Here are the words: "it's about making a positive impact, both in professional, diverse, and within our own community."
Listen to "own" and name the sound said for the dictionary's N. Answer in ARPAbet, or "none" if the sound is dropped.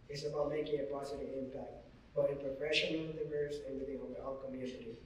L